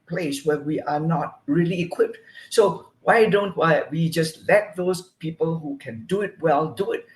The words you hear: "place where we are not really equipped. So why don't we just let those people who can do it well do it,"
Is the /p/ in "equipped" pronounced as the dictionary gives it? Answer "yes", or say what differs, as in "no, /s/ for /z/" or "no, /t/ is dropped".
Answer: yes